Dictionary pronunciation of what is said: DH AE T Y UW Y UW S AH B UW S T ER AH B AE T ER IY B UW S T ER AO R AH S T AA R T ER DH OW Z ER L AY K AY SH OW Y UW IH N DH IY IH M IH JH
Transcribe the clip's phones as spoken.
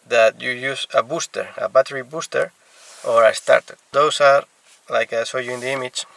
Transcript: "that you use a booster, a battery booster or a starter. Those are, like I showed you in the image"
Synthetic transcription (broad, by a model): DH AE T Y UW Y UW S AH B UW S T ER AH B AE T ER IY B UW S T ER AO R AH S T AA R T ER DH OW S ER L AY K AY S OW Y UW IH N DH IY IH M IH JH